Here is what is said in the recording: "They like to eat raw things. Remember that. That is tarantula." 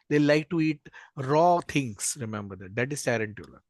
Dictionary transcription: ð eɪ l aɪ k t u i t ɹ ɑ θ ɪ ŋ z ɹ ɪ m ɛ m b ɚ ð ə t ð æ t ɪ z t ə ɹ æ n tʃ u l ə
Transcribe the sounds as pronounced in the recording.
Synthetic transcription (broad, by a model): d eɪ l aɪ k t u i t ɹ ɑ t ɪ ŋ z ɹ ɪ m ɛ m b ɚ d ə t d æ t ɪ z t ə ɹ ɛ n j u l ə